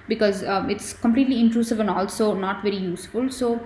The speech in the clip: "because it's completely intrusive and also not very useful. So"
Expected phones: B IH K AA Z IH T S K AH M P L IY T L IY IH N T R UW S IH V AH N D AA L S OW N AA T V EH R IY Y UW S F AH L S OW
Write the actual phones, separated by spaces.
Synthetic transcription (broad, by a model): B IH K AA Z IH T S K AH M P L IY T L IY IH N T R UW S IH V AH N D AA L S OW N AA T V EH R IY Y UW S F AH L S OW